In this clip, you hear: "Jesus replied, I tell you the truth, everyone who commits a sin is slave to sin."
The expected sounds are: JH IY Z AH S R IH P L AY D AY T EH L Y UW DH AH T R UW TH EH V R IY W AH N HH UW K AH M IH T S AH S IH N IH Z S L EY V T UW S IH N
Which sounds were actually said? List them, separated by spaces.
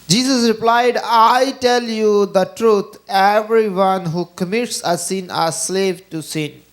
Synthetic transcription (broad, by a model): JH IY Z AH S R IH P L AY D AY T EH L Y UW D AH T R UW T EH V R IY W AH N HH UW K AH M IH T S AH S IH N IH S L EY V T UW S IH N